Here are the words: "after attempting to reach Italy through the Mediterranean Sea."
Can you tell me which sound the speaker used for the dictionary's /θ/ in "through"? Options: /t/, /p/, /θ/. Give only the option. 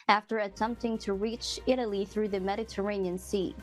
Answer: /θ/